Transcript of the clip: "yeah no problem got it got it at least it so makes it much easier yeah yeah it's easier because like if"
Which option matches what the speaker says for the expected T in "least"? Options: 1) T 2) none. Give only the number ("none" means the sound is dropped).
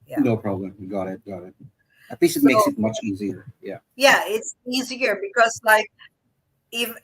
2